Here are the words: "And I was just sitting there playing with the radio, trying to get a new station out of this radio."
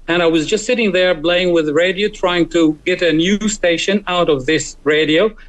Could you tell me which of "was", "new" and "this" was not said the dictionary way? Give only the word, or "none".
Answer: none